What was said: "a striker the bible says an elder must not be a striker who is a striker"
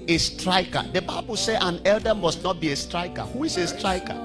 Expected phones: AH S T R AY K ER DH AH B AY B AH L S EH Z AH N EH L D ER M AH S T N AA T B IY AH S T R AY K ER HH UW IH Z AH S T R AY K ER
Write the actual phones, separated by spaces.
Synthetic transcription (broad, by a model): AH S T R AY K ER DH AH B AY B AH L S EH AH N EH L D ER M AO S T N AA T B IY AH S T R AY K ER HH UW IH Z AH S T R AY K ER